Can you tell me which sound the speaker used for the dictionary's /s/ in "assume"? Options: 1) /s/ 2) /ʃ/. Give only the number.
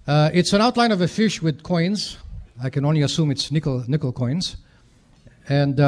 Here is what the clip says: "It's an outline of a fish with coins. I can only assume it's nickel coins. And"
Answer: 1